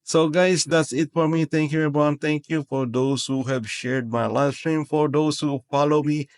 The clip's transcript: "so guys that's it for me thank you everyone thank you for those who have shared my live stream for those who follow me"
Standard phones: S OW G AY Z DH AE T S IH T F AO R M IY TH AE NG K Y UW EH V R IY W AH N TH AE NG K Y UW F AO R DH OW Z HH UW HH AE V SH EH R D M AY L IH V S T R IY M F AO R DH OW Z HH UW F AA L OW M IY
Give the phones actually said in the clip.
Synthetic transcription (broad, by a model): S OW G AY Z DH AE T S IH T F AO R M IY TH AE NG K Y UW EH R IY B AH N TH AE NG K Y UW F AO R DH OW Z HH UW HH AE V SH EH R D M AY L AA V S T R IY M F AO R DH OW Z HH UW F AA L OW M IY